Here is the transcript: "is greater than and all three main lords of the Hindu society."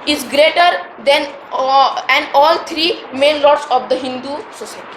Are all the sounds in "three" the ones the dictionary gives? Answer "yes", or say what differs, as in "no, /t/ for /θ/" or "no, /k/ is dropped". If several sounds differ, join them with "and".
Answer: no, /t/ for /θ/